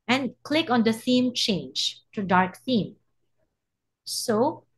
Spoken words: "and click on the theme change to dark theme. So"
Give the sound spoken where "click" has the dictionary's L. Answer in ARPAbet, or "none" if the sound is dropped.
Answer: L